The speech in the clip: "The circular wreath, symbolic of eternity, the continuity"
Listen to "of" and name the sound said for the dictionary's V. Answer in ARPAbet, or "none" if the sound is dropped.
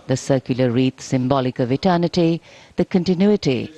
V